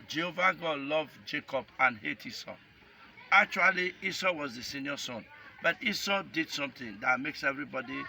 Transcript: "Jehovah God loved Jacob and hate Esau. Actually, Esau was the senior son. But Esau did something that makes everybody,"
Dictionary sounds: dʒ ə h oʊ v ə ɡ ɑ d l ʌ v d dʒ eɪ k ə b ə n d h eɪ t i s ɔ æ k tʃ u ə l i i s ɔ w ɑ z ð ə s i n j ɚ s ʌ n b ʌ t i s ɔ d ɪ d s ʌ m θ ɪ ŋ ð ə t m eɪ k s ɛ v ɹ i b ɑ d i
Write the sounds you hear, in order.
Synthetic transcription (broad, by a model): dʒ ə h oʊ v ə ɡ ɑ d l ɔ v dʒ eɪ k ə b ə n h eɪ t i s ɔ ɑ k tʃ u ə l i i s ɔ w ɑ z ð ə s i n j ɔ s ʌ n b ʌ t i s ɔ d ɪ d s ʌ m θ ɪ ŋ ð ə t m eɪ k s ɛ v ɹ i b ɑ d i